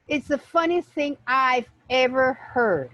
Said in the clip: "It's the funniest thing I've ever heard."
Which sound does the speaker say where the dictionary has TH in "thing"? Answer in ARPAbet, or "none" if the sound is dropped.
TH